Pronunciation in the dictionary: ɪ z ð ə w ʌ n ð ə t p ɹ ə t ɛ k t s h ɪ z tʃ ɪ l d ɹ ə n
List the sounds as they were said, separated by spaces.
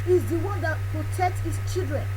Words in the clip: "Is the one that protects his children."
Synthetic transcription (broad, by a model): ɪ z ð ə w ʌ n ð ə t p ɹ ə t ɛ k t s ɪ s tʃ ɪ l d ɹ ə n